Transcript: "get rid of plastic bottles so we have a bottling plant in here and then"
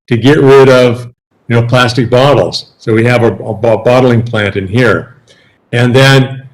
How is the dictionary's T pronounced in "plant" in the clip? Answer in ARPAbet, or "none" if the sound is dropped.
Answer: T